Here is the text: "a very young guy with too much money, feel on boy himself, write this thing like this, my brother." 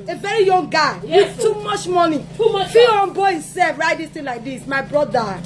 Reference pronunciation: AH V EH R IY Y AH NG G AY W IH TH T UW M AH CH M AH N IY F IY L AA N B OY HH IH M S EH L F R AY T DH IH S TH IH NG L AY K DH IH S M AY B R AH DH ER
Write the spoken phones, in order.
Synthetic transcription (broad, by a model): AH V EH R IY Y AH NG G AY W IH T UW M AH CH M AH N IY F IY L AA N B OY HH IH M S EH L F R AY T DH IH S T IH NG L AY K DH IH S M AY B R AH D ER